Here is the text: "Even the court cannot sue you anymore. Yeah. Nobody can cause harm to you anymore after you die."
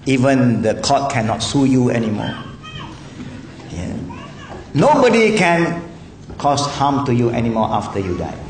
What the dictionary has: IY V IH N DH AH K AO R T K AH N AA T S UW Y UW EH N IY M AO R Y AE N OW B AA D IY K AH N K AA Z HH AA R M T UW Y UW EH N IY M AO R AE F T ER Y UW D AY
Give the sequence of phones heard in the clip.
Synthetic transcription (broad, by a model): IY V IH N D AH K AO T K AH N AA T S UW Y UW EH N IY M AO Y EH N OW B AA D IY K AH N K AA S HH AA M T UW Y UW EH N IY M AO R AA F T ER Y UW D AY